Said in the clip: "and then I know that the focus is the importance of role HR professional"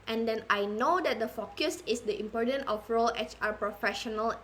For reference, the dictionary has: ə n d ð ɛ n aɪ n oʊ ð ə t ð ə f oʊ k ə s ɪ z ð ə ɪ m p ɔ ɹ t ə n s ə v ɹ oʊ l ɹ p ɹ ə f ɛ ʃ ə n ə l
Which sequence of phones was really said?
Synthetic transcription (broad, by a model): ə n d ɛ n aɪ n oʊ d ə t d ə f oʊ k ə s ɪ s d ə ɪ m p ɔ ɹ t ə n ə f ɹ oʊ l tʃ p ɹ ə f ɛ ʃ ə n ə l